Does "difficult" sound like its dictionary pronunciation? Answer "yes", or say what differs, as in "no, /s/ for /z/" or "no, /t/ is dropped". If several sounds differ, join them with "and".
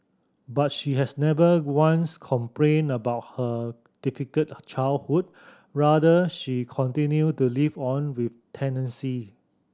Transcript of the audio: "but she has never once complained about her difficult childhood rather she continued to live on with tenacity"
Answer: no, /l/ is dropped